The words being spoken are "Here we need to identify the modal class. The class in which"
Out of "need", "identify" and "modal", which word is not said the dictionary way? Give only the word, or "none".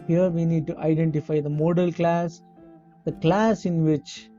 none